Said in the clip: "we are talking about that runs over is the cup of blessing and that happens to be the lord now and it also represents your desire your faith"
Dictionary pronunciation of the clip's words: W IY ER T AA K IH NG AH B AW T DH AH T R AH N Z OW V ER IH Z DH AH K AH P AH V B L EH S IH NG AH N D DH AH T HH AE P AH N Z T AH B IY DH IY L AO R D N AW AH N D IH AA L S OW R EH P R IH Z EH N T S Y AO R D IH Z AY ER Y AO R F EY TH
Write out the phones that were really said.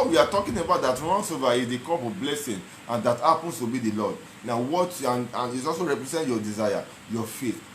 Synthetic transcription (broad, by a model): W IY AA T AA K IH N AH B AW T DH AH T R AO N S OW V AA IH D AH K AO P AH B L EH S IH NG AH N D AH T HH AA P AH N S T AH B IY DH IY L AO D N AW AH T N IH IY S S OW R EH P R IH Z EH N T Y AO D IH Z AY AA Y AO F EY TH